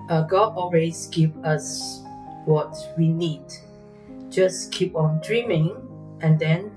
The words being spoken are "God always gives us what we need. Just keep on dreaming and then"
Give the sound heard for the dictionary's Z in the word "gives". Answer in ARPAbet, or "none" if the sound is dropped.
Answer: none